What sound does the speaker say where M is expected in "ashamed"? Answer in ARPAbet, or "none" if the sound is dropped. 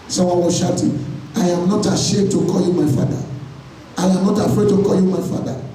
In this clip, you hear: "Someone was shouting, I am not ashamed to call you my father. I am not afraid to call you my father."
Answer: none